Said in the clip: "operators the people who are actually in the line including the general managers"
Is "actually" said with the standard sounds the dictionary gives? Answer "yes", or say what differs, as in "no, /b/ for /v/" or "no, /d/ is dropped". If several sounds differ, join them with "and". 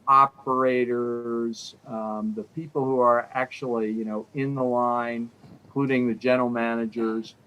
no, /n/ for /l/